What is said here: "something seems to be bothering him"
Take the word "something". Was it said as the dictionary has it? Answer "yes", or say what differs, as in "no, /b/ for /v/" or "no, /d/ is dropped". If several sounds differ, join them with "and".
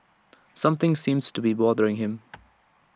yes